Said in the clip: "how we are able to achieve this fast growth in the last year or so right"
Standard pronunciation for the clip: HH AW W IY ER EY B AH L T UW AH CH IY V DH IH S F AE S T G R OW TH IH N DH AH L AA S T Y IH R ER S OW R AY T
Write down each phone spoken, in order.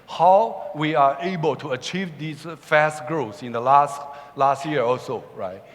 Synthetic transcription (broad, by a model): HH AW W IY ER EY B AH L T UW AH CH IY V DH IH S F AE S T G R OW S IH N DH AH L AA S T Y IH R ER S OW R AY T